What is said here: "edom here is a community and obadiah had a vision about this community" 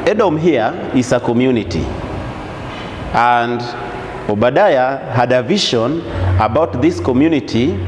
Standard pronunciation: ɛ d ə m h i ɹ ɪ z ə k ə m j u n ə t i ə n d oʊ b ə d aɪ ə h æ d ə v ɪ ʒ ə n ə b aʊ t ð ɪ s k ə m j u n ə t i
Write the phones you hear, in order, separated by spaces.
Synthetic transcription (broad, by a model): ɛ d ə m h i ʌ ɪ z ə k ə m j u n ə t i ə n d oʊ b ə d aɪ ə h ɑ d ə v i ʃ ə n ə b aʊ t ð ɪ s k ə m j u n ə t i